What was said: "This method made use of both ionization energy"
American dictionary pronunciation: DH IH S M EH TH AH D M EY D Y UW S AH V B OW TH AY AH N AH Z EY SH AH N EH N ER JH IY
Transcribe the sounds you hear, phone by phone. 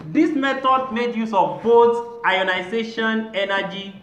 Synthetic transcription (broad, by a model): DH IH S M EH T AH D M EY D Y UW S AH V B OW S AY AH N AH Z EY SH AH N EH N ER JH IY